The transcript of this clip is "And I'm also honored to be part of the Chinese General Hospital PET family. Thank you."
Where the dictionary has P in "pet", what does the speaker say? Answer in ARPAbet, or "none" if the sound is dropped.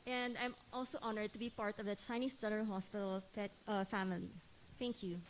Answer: F